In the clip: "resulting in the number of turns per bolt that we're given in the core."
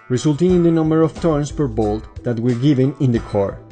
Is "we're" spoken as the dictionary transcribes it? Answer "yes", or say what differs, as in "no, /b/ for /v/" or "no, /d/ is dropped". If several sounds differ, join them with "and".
yes